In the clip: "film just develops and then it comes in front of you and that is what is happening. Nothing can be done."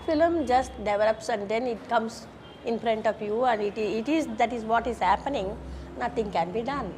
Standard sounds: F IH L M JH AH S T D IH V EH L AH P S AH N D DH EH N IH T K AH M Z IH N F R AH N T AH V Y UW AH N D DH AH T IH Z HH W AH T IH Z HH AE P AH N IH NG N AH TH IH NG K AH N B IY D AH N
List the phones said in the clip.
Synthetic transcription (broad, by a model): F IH L M JH AH S T D IH V EH L AH P S AH N D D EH N IH T K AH M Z IH N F R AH N T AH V Y UW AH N D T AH T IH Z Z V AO T IH Z HH AE P AH N IH NG N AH T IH NG K AH N B IY D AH N